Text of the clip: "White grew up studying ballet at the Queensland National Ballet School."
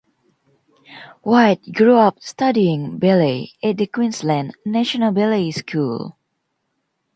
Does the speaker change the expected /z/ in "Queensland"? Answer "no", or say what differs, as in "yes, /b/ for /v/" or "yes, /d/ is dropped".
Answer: yes, /s/ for /z/